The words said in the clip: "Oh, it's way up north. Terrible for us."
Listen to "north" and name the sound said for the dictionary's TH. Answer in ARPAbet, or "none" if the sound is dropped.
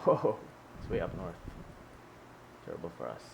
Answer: TH